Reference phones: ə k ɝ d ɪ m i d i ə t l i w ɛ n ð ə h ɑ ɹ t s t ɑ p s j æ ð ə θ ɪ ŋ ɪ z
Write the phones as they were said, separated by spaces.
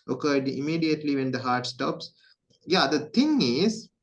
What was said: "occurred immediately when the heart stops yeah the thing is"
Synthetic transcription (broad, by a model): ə k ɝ d ɪ m i d i ə t l i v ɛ n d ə h ɑ ɹ t s t ɑ p s j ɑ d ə t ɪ ŋ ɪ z